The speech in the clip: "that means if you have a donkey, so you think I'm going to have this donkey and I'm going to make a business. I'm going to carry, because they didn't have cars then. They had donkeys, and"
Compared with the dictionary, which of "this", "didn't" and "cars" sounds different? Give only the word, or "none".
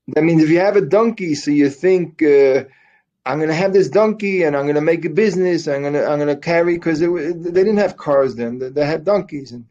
none